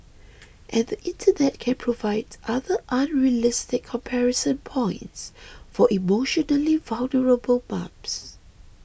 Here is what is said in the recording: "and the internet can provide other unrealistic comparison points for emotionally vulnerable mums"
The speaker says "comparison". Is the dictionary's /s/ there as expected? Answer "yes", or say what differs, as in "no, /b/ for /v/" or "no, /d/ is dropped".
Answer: yes